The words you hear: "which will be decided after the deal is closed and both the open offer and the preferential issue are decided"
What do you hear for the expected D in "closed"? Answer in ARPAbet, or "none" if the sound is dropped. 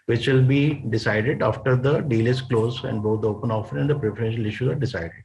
none